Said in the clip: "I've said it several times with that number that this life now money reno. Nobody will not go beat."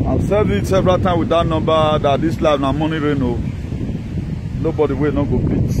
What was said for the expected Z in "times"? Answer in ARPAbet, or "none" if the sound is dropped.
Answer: none